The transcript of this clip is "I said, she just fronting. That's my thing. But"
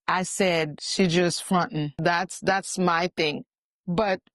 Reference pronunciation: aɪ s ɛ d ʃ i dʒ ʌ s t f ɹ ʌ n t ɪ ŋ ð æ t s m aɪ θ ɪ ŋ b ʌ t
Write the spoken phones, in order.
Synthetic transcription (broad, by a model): aɪ s ɛ d ʃ i dʒ ʌ s t f ɹ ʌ n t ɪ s ð æ t s m aɪ θ ɪ ŋ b ʌ t